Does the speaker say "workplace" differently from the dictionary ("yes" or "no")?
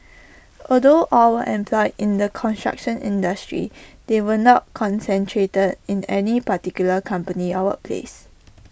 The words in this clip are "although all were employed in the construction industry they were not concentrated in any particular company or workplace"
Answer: yes